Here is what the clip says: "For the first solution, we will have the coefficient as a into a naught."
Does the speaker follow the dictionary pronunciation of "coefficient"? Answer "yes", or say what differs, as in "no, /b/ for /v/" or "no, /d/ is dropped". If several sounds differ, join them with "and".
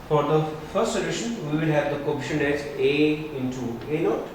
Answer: no, /t/ is dropped